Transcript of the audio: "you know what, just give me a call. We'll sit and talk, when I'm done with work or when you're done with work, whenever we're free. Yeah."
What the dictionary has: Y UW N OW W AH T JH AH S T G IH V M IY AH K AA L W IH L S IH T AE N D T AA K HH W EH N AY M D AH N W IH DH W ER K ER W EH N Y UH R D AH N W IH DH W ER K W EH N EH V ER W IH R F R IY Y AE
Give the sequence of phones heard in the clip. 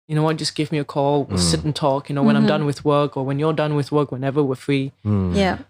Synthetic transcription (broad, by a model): Y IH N OW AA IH JH AH S G IH V M IY AH K AA L W IH L S IH T N T AA K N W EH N AY M D AH N W IH DH W ER K ER W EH N Y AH R D AH N W IH DH W ER K W EH N EH V ER W IH R F R IY Y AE